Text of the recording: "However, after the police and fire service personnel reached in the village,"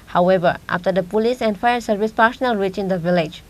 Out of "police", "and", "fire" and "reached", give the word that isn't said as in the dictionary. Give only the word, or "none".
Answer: reached